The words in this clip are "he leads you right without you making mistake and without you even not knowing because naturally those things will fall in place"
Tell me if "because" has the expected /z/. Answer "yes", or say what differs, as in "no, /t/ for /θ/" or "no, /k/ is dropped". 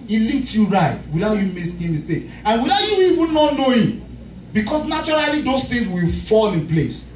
no, /s/ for /z/